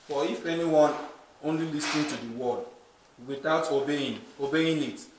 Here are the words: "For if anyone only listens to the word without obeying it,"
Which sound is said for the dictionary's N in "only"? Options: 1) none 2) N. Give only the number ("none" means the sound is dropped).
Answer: 2